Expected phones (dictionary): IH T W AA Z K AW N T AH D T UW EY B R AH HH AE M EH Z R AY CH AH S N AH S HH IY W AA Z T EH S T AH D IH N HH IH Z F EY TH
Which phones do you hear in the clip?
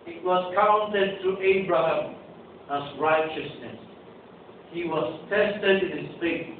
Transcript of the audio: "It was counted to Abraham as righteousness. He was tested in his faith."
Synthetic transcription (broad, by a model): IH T W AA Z K AW N T AH D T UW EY B R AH HH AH M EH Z R AY CH AH S N AH S HH IY W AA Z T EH S T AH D IH N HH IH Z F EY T